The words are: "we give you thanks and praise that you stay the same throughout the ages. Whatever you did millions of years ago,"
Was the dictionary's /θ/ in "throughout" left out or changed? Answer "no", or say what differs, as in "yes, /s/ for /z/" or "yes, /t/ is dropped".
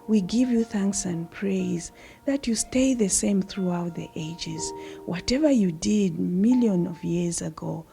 no